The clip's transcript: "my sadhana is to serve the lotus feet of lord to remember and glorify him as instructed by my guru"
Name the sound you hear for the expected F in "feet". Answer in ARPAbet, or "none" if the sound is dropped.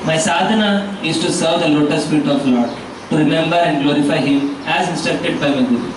P